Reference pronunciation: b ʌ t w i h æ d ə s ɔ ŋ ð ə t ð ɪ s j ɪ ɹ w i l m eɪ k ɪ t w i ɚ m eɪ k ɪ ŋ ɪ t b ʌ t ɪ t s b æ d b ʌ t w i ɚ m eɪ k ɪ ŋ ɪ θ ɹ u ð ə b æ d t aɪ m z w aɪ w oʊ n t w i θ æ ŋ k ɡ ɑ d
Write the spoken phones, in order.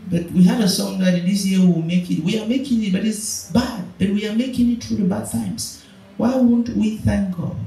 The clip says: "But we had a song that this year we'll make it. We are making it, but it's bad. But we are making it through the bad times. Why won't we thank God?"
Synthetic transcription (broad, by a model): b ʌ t w i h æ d ə s ɔ ŋ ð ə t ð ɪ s j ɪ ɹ w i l m eɪ k ɪ t w i ɚ m eɪ k ɪ ŋ ɪ t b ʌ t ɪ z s b æ d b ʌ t w i ɚ m eɪ k ɪ ŋ ɪ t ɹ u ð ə b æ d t aɪ m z w aɪ w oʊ n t w i θ æ ŋ k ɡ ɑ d